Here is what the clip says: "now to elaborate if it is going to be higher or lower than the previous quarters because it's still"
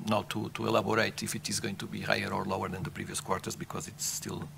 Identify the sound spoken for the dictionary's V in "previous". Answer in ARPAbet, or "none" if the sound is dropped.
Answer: V